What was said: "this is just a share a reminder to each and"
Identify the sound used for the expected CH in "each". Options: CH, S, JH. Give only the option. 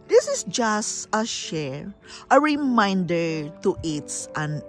S